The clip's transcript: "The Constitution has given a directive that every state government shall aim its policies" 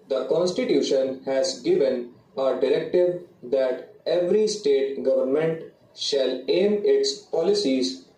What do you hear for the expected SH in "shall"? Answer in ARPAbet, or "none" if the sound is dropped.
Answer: SH